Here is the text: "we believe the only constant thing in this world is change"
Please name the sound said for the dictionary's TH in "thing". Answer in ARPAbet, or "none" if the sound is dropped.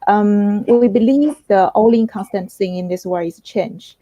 S